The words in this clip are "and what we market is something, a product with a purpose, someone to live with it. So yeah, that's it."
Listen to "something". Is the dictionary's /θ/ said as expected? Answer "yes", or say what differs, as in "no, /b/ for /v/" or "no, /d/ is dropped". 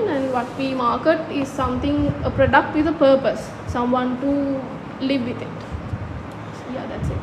no, /t/ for /θ/